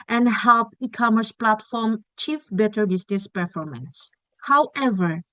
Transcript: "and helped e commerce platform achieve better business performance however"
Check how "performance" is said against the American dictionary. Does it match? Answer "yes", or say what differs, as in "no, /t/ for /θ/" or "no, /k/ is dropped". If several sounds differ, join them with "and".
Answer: yes